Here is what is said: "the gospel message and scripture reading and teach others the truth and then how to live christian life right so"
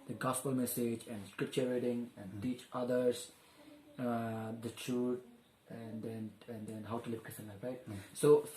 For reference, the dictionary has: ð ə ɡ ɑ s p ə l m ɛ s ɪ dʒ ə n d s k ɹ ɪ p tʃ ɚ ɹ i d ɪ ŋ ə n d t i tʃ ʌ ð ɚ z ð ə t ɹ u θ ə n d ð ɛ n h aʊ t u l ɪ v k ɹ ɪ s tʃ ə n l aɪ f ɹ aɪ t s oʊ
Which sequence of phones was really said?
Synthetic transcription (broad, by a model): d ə ɡ ɑ s p ə l m ɛ s ɪ dʒ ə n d s k ɹ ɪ p tʃ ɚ ɹ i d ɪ ŋ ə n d t i tʃ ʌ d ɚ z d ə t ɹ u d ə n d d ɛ n h aʊ t u l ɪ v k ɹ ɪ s ə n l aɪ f ɹ aɪ t s oʊ